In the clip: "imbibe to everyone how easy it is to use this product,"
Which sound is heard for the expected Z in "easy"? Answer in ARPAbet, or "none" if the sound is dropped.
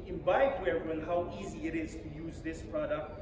Z